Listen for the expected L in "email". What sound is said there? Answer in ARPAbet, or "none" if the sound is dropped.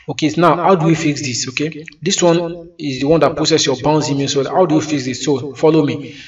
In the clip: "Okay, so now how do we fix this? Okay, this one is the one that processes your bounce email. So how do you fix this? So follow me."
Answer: N